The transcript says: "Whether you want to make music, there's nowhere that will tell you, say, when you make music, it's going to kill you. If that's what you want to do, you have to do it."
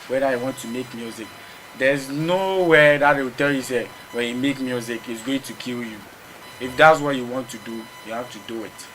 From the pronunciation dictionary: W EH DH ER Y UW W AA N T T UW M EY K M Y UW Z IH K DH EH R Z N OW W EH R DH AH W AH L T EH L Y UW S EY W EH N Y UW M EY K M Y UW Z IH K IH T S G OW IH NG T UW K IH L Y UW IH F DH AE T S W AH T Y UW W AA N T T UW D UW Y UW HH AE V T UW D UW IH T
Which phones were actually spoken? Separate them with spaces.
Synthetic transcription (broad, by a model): W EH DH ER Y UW W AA N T T UW M EY K M Y UW Z IH K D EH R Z N OW W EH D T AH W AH T EH L Y UW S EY W EH N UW M EY K M Y UW Z IH K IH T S G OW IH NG T UW K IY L Y UW IH F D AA T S W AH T Y UW W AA N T T UW D UW Y UW HH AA F T UW D UW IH T